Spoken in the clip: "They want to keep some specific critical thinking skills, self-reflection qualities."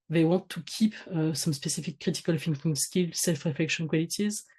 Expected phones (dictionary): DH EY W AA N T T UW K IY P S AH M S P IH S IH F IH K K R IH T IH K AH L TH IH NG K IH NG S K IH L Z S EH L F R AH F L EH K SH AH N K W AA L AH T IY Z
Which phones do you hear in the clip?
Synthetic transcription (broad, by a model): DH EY W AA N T T UW K IY P S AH M S P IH S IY F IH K K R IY T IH K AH L F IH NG K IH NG S K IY L S EH L F R AH F L EH K SH AH N K W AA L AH T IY Z